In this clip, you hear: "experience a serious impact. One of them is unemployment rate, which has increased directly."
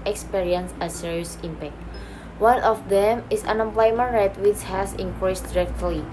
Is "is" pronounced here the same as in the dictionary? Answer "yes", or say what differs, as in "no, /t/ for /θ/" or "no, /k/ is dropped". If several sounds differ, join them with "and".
no, /s/ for /z/